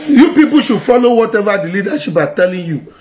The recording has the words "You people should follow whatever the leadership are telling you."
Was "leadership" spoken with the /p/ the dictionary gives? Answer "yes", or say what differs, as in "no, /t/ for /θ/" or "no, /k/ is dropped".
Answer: no, /b/ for /p/